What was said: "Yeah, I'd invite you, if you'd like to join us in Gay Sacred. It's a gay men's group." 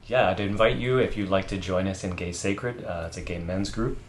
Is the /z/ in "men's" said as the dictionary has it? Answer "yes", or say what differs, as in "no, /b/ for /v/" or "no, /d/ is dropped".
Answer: yes